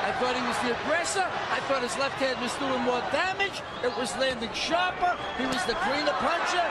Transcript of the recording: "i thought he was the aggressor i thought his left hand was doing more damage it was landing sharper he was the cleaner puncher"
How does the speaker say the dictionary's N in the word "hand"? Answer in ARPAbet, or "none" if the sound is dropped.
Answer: none